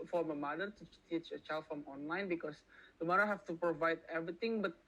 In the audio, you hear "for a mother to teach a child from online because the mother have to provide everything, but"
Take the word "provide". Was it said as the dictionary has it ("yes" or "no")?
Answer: yes